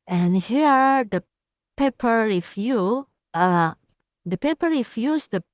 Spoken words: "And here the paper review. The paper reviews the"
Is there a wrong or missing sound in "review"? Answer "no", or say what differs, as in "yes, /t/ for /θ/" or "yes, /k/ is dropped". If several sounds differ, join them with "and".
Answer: yes, /f/ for /v/